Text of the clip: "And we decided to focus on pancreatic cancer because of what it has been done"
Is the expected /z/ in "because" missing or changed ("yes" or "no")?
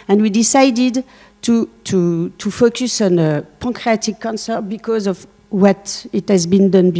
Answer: no